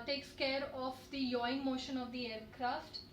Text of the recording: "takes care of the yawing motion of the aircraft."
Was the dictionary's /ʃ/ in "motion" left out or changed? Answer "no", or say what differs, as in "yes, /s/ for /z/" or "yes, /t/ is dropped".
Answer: no